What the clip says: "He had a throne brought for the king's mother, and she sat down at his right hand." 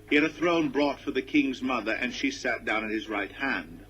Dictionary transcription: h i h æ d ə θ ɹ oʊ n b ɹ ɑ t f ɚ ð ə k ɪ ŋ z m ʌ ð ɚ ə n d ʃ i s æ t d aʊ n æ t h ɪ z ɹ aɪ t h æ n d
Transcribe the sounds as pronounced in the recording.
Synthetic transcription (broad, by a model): h i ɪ d ə θ ɹ oʊ n b ɹ ɑ t f ɚ ð ə k ɪ ŋ z m ʌ ð ɚ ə n ʃ i s æ t d aʊ n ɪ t h ɪ z ɹ aɪ t h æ n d